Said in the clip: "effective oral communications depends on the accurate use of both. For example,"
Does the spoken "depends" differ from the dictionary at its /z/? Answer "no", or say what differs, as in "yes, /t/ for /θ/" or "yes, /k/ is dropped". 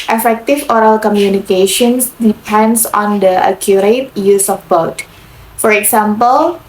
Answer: yes, /s/ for /z/